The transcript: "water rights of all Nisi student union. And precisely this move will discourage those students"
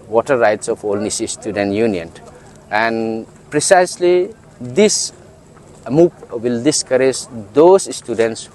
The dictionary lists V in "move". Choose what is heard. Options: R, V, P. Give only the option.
P